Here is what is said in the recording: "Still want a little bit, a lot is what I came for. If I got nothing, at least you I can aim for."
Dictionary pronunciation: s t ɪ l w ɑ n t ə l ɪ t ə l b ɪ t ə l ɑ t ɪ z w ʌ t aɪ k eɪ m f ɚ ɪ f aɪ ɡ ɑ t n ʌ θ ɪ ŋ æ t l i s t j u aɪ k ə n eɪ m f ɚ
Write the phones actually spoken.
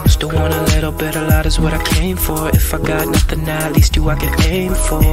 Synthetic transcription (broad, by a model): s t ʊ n w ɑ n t ə l ɪ t l b ɪ t ə l ɑ t ɪ z w ʌ t aɪ k eɪ m f ɚ ɪ f aɪ ɡ ɑ t n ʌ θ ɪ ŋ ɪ t l i s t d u aɪ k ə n eɪ m f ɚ